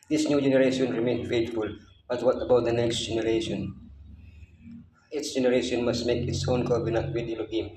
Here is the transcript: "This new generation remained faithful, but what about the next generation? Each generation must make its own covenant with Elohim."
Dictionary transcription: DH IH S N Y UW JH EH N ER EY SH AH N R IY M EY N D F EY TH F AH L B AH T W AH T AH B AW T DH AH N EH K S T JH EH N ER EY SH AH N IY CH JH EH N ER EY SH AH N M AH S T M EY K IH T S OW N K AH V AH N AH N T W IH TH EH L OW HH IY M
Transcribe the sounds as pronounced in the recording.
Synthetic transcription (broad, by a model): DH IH S N Y UW JH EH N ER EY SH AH N R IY M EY N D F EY T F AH L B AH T W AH T AH B AW T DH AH N EH K S T JH EH N ER EY SH AH N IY S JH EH N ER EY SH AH N M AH S T M EY K IH T S OW N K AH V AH N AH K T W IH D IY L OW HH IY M